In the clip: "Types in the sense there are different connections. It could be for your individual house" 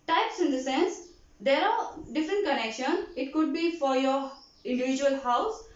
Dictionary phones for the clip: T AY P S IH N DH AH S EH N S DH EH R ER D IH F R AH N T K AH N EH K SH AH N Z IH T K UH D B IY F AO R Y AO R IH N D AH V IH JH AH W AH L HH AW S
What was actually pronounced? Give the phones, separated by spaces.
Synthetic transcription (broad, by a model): T AY P S IH N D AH S EH N S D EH R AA D IH F R AH N T K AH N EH K SH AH N IH T K UH D B IY F AO R Y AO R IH N D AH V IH JH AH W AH L HH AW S